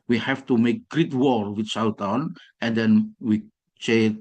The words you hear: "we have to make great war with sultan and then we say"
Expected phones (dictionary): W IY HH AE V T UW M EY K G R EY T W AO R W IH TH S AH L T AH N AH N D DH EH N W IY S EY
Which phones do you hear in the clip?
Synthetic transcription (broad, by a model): W IY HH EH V T UW M EY K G R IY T W AO R W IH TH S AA W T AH N AH N D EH N W IY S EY